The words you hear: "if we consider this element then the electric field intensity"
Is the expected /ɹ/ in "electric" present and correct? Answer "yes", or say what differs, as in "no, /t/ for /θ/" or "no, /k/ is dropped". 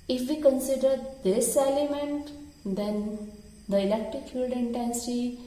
no, /ɹ/ is dropped